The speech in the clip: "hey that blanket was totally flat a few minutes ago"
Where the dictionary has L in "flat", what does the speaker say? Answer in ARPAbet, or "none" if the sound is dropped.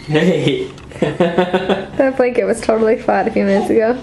none